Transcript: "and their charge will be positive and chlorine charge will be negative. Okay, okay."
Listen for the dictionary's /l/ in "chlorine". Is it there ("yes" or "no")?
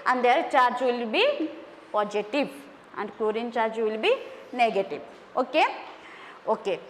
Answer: no